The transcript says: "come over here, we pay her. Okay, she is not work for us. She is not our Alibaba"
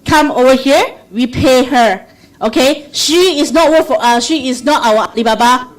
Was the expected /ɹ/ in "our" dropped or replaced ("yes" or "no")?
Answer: yes